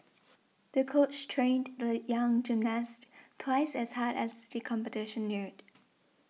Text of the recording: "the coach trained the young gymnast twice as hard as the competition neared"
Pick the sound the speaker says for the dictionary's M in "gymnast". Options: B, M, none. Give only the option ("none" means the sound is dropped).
M